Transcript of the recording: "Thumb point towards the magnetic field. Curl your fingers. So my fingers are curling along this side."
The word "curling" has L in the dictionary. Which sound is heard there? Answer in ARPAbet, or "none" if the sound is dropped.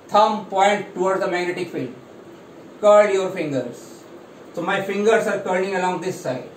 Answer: N